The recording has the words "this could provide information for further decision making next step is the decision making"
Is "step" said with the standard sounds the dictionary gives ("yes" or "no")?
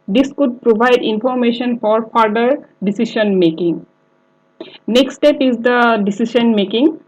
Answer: yes